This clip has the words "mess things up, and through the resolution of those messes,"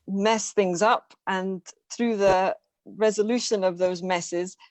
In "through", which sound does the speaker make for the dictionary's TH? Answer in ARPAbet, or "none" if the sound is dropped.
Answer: TH